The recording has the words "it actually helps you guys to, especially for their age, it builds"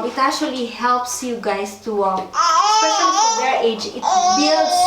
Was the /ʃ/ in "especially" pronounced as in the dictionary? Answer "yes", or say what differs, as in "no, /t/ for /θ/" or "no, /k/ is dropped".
no, /s/ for /ʃ/